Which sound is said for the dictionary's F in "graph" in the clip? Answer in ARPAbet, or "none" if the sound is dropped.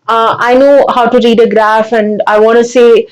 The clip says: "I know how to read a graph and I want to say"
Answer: F